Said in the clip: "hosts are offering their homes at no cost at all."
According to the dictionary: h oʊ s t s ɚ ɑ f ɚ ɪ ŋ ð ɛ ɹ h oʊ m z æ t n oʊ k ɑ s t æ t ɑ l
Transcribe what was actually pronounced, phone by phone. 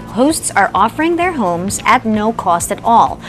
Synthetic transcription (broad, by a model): h oʊ s t s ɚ ɑ f ɚ ɪ ŋ ð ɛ ɹ h oʊ m z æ t n oʊ k ɑ s t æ t ɑ l